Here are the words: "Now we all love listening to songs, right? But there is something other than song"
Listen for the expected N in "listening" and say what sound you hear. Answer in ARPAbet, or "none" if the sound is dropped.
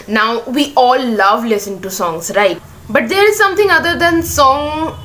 none